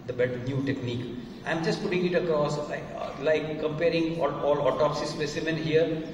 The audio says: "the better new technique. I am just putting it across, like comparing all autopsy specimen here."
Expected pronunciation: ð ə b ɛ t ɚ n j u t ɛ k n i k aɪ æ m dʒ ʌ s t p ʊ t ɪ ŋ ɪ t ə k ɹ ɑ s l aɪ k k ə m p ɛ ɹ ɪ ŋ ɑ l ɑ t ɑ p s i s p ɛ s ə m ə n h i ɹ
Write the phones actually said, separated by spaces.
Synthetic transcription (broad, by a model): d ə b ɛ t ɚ n j u t ɛ k n i k aɪ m dʒ ʌ s t p ʊ t ɪ ŋ ɪ t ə k ɹ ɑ s l aɪ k k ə m p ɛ ɹ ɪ ŋ ɑ l ɑ t ɑ p s i s p ɛ s ə m ə n h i ɹ